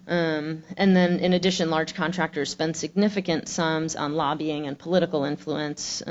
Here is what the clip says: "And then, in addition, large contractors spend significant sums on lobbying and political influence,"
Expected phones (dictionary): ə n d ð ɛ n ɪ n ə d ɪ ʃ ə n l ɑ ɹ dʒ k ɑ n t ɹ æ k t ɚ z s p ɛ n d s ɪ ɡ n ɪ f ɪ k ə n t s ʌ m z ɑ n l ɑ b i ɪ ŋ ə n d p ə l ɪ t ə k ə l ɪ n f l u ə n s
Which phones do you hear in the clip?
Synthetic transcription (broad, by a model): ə n ð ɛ n ɪ n ə d ɪ ʃ ə n l ɑ ɹ dʒ k ɑ n t ɹ æ k t ɚ z s p ɛ n d s ɪ ɡ n ɪ f ɪ k ə n t s ʌ m z n l ɑ b i ɪ ŋ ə n p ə l ɪ t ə k l ɪ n f l u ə n s